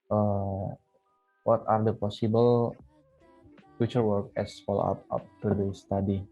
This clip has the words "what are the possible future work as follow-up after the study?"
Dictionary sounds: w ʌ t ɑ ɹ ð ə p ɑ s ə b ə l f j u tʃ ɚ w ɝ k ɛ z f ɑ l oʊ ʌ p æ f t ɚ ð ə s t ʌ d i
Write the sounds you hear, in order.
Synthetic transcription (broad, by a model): w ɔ t ɑ ɹ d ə p ɑ s ə b ə l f j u tʃ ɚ w ɝ k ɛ s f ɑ l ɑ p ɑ p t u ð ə s t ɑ d i